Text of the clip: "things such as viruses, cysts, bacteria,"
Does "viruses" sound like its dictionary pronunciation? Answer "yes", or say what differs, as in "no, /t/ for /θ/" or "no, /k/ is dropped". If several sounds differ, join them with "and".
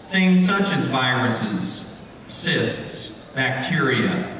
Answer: yes